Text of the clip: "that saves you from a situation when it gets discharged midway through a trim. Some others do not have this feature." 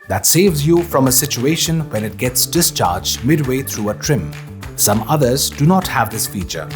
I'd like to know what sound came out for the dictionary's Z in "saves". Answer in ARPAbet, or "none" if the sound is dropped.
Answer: Z